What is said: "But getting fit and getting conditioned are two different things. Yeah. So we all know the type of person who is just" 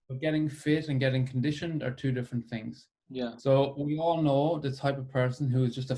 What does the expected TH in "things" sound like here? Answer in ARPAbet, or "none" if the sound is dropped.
TH